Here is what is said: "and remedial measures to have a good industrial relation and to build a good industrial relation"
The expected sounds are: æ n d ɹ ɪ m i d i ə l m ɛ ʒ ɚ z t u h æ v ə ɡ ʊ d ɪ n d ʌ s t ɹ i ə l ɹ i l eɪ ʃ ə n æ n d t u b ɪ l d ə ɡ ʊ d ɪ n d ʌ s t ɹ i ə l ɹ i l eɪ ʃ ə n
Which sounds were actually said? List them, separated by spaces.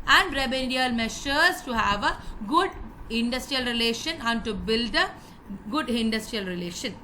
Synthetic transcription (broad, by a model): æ n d ɹ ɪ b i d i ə l m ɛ ʃ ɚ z t u h æ v ə ɡ ʊ d ɪ n d ʌ s t ɹ i ə l ɹ i l eɪ ʃ ə n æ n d t u b ɪ l d ə ɡ ʊ d ɪ n d ʌ s t ɹ i ə l ɹ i l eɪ ʃ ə n